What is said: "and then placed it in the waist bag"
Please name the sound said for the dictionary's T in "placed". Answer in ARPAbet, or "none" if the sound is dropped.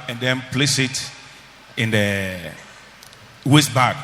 none